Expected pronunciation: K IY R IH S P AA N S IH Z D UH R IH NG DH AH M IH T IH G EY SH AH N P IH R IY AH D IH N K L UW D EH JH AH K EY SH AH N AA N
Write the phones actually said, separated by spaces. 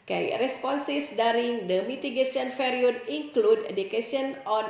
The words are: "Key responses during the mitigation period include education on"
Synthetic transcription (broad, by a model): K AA R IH S P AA N S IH S D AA R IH NG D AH M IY T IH G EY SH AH N F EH R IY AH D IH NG K L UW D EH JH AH K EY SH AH N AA N